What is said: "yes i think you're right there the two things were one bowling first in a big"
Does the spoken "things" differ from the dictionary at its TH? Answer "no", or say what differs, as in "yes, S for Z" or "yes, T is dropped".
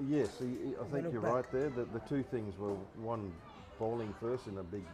no